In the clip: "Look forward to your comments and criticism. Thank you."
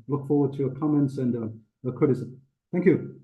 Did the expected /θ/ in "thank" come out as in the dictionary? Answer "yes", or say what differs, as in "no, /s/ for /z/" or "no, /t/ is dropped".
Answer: yes